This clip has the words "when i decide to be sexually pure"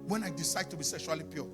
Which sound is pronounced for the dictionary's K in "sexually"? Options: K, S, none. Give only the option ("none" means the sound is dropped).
K